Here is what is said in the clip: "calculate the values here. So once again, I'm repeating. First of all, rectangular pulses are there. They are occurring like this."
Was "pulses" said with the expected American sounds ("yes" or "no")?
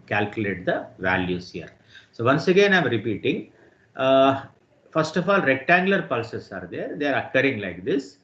no